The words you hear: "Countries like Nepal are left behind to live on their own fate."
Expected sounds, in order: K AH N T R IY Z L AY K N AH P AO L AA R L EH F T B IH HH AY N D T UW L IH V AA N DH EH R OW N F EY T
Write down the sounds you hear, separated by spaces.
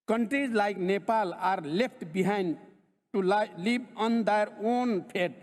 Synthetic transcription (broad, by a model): K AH N T R IY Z L AY K N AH P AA L AA R L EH P T B IH HH AY N D T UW L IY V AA N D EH R OW N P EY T